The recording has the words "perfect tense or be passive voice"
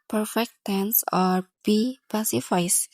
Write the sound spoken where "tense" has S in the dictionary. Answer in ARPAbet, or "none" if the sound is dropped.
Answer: S